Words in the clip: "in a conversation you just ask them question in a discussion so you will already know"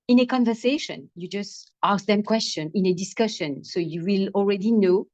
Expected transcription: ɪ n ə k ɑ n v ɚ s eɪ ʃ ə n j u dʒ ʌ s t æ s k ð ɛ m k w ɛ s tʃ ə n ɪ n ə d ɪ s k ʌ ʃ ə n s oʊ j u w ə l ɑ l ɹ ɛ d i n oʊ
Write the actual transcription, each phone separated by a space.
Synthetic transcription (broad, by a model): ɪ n ə k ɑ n v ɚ s eɪ ʃ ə n j u dʒ ʌ s t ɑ s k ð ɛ m k w ɛ s tʃ ə n ɪ n ə d ɪ s k ʌ ʃ ə n s oʊ j u w ə l ɑ l ɹ ɛ d i n oʊ